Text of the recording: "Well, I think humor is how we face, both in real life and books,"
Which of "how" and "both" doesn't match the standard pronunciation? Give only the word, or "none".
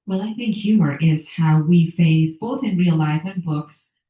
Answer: none